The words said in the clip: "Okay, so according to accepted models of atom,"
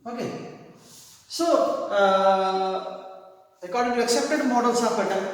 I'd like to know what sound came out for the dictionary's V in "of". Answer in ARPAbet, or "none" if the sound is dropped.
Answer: B